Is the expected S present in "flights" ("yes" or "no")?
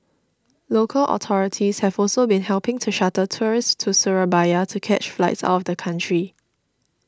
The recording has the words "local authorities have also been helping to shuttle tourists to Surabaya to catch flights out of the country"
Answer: yes